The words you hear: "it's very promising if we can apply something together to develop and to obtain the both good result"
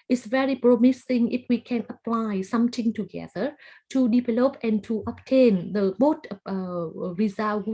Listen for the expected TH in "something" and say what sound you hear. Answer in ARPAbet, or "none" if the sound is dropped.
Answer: T